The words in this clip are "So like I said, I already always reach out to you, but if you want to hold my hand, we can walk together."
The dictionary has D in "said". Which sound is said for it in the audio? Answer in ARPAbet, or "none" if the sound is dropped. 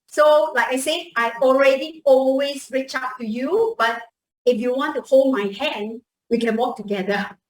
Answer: none